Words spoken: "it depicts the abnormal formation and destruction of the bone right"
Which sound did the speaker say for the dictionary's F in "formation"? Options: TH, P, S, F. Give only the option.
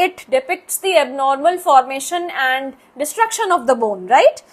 F